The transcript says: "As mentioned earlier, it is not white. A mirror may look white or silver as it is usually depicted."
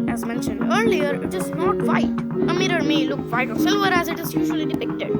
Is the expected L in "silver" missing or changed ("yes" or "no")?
no